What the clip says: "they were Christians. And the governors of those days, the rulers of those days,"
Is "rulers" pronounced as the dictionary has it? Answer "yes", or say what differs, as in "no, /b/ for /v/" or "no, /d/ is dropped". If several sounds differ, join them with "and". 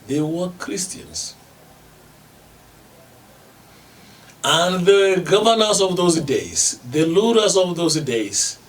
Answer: no, /l/ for /ɹ/